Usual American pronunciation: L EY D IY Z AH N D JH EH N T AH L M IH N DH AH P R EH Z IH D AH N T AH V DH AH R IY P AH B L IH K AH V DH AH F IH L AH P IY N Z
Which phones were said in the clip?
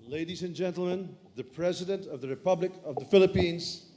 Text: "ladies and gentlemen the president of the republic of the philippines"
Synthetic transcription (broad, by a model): L EY D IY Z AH N JH EH N T L M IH N DH AH P R EH Z IH D AH N T AH V DH AH R IY P AH B L IH K AH V DH AH F IH L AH P IY N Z